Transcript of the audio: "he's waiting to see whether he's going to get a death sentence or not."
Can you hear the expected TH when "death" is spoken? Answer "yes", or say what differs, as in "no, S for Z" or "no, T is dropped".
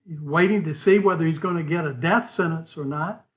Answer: yes